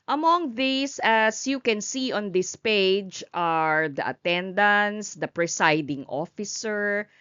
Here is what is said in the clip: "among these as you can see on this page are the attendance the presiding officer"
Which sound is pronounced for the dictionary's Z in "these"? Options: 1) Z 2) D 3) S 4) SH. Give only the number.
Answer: 3